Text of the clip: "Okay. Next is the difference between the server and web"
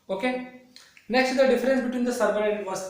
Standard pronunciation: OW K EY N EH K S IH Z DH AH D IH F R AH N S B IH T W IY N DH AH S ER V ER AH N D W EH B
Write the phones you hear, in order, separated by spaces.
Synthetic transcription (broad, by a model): OW K EY N EH K S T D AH D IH F R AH N S B IH T W IY N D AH S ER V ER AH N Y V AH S